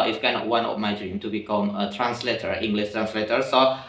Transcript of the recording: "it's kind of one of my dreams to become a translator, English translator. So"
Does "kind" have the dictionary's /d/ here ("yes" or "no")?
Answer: no